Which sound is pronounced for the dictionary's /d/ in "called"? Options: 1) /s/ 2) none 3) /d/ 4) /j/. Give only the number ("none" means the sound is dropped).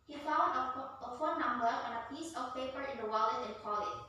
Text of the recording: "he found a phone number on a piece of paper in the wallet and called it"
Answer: 2